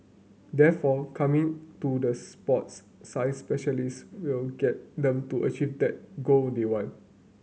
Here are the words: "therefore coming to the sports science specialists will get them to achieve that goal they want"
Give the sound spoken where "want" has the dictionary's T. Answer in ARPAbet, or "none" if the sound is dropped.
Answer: none